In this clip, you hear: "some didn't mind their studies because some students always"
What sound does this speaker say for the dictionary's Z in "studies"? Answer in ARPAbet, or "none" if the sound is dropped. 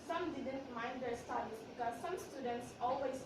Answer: S